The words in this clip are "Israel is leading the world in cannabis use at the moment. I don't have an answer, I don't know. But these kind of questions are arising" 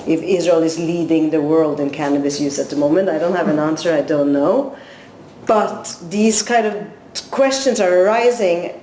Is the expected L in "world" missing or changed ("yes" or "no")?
no